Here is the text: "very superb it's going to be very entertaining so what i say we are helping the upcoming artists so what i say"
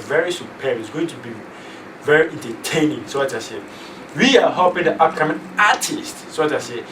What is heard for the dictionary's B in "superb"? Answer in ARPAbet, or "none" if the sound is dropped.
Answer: none